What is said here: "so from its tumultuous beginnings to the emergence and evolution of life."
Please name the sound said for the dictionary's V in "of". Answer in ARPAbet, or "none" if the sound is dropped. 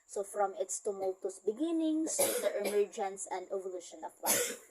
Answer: P